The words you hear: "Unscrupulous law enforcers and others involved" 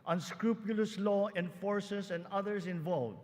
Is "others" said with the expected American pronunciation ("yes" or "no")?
no